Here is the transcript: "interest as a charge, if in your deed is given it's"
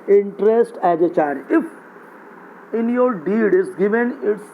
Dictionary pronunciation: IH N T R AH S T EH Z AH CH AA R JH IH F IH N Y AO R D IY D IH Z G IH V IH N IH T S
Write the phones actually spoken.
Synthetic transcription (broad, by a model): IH N T R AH S T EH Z AH CH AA R IH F IH N Y AO R D IY D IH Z G IH V IH N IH T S